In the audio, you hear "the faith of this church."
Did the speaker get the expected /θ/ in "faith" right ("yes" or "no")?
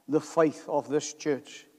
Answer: yes